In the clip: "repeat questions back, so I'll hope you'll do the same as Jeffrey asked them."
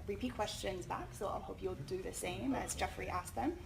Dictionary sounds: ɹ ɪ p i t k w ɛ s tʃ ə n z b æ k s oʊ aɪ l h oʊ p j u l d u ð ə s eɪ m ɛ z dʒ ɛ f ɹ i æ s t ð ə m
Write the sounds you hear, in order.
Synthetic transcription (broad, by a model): ɹ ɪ p i t k w ɛ s tʃ ə n z b æ k s oʊ aɪ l h oʊ p j u l d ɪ ð ə s eɪ m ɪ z dʒ ɛ f ɹ i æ s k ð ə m